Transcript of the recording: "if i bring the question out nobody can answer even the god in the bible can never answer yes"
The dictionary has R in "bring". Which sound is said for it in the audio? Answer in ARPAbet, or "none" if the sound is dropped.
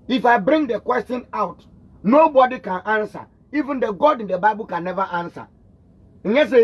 R